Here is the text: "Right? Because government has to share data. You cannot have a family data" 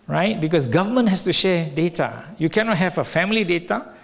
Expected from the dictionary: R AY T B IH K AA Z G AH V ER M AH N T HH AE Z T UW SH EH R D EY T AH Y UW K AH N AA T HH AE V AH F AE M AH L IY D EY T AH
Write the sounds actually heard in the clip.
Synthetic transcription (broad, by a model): R AY T B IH K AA S G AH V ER M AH N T HH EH S T UW SH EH D EY T AH Y UW K AH N AA T HH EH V AH F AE M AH L IY D EY T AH